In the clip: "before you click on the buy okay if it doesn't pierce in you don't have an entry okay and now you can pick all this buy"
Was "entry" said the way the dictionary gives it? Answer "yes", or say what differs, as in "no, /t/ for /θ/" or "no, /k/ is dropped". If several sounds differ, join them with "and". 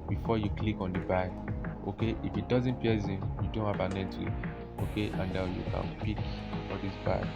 no, /n/ is dropped and /ɹ/ is dropped